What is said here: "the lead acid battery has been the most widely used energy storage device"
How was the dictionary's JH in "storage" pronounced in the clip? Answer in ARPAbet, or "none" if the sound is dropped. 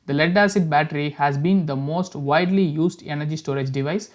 JH